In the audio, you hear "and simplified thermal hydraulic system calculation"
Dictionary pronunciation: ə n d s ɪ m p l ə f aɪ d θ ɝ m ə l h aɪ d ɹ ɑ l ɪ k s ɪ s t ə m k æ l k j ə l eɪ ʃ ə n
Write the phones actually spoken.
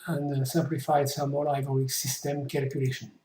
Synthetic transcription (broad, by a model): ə n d s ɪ m p l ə f aɪ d s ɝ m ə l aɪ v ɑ ɪ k s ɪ s t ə m k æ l k j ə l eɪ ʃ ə n